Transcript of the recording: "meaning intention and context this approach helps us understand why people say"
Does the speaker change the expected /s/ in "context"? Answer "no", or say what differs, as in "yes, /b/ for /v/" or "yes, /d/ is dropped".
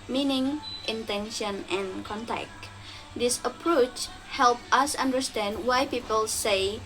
yes, /s/ is dropped